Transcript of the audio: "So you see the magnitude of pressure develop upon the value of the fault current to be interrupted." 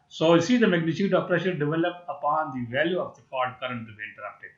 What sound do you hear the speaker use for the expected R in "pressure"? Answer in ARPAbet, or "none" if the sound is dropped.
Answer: R